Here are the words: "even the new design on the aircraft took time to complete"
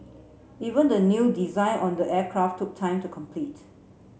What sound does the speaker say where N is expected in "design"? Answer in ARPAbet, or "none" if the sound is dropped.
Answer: N